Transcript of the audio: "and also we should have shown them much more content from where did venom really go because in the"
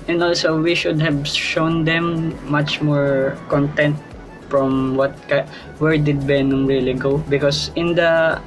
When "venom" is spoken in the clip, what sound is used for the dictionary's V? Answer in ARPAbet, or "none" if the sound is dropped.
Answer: B